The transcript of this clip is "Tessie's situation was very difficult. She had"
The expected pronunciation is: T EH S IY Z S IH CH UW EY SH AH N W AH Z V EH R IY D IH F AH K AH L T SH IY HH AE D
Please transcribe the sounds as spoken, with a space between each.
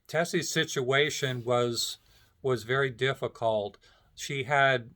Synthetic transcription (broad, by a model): T EH S IY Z S IH CH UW EY SH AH N W AH Z V EH R IY D IH F AH K AH L T SH IY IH D